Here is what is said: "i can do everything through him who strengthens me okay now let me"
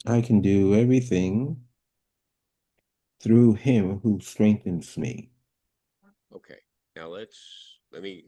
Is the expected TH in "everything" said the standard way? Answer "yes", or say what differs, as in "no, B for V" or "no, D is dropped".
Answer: yes